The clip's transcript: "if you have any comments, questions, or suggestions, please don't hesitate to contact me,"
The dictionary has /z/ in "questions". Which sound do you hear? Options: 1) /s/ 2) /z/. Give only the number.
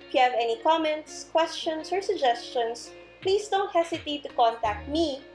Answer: 1